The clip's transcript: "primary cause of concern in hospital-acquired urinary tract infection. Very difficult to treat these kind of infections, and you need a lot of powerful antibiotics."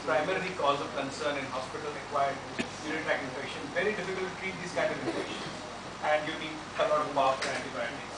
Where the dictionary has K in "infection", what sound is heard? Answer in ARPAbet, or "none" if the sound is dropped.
none